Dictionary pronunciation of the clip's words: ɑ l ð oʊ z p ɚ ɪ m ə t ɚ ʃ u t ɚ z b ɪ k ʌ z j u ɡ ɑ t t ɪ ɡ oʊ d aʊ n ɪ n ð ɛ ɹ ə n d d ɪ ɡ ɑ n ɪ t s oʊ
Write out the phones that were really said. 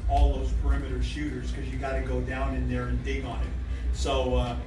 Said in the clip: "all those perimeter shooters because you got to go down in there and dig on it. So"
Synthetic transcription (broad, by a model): ɑ l ð oʊ z p ɚ ɪ m ə t ɚ ʃ u t ɚ z k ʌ z j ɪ ɡ ɑ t t ɪ ɡ oʊ d aʊ n ɪ n ð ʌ ɹ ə n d d ɪ ɡ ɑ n ɪ t s oʊ